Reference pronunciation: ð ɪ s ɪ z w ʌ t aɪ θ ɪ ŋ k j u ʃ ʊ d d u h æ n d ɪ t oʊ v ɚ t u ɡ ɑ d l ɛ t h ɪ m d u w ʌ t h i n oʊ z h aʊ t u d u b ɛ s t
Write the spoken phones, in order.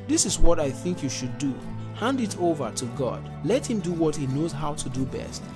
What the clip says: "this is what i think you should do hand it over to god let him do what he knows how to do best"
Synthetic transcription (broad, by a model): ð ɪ s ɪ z w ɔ t aɪ θ ɪ ŋ k j u ʃ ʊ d d u h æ n d ɪ t oʊ v ɚ t u ɡ ɑ d l ɛ t h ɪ m d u w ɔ t h i n oʊ z h aʊ t u d u b ɛ s t